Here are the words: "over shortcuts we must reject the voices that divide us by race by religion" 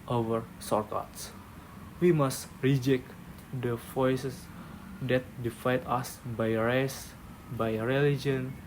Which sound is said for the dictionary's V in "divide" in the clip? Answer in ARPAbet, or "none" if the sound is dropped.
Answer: F